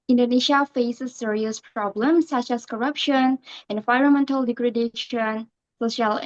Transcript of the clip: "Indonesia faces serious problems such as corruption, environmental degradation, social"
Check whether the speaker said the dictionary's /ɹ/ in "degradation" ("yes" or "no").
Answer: yes